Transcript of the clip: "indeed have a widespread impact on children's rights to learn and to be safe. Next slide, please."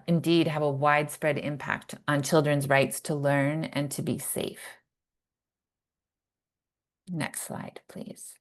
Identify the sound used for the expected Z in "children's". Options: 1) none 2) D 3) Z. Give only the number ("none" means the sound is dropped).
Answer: 3